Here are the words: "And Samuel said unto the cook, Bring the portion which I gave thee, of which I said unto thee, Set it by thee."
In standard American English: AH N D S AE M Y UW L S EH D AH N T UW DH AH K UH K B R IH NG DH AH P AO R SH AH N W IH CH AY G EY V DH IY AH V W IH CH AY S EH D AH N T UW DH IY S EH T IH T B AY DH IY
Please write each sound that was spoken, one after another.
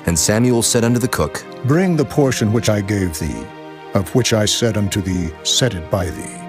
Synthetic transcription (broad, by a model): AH N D S AE M Y UW L S EH D AH N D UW DH AH K UH K B R IH NG DH AH P AO R SH AH N W IH CH AY G EY V DH IY AH V W IH CH AY S EH D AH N T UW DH IY S EH T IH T B AY DH IY